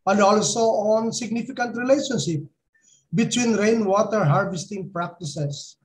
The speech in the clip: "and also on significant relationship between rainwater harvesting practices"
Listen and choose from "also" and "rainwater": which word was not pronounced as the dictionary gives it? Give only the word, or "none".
none